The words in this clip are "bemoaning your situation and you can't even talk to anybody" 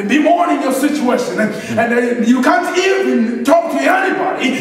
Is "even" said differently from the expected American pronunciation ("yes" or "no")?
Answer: yes